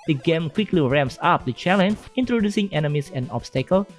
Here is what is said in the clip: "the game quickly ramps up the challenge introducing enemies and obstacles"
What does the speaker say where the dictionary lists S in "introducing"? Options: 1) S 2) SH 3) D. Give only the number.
1